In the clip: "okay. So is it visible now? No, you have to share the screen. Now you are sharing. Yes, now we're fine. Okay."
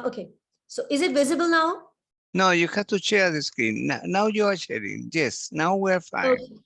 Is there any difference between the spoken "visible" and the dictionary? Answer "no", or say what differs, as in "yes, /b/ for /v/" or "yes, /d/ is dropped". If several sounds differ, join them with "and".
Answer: no